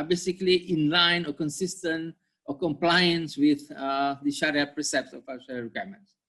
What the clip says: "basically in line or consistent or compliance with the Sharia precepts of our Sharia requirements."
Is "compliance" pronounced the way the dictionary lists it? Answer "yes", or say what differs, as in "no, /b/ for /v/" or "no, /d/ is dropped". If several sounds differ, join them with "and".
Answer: yes